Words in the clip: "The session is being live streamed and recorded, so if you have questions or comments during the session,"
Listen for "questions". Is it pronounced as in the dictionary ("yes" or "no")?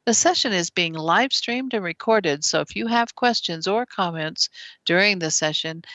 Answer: yes